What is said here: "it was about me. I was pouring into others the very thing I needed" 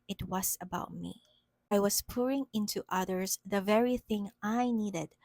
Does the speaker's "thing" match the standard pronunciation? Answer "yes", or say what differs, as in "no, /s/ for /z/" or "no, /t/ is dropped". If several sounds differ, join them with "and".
yes